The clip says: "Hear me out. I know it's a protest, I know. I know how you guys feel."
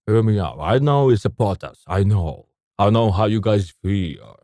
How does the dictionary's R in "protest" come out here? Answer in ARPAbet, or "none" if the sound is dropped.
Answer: none